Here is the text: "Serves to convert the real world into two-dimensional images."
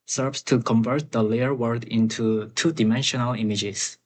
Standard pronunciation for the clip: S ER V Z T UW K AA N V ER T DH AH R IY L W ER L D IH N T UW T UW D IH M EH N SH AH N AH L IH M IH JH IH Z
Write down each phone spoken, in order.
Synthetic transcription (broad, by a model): S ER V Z T UW K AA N V ER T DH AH L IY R W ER D IH N T UW T UW D IH M EH N SH AH N AH L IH M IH JH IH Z